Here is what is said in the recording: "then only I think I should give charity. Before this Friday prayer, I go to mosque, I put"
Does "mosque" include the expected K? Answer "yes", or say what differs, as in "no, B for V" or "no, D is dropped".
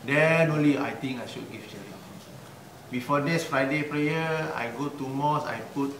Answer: no, K is dropped